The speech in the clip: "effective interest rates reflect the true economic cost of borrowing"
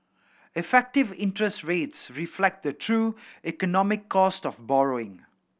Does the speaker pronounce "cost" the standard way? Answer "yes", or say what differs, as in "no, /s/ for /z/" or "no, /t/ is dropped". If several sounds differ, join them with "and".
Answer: yes